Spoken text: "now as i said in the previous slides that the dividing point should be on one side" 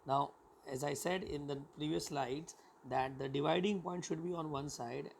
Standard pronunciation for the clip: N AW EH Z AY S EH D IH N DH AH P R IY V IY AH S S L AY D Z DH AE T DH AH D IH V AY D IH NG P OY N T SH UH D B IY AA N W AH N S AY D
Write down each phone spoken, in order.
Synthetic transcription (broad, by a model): N AW EH Z AY S EH D IH N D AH P R IY V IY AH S S L AY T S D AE T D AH D IH V AY D IH NG P OY N T SH UH D B IY AA N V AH N S AY D